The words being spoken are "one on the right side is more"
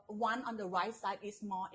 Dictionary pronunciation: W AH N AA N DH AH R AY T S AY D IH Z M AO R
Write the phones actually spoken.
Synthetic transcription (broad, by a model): W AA N AA N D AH R AY T S AY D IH S M AO